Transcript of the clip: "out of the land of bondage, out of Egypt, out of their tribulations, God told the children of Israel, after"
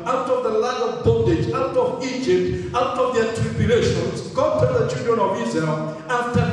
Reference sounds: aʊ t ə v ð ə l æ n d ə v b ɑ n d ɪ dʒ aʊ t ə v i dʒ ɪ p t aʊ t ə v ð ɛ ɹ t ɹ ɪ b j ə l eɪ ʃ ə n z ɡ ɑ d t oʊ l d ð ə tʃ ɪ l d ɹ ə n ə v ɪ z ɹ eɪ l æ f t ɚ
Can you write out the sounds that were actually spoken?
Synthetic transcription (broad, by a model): aʊ t ə v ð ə l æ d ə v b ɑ d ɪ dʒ aʊ t ə v i dʒ ɪ p t aʊ t ə v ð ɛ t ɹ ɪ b j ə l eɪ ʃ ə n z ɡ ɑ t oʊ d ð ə tʃ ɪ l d ɹ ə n ə v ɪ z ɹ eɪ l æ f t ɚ